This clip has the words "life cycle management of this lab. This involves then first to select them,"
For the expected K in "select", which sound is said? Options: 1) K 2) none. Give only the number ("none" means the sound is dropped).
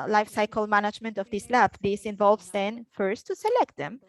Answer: 1